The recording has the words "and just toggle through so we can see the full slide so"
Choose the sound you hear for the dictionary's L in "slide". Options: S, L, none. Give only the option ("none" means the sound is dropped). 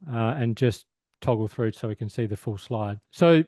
L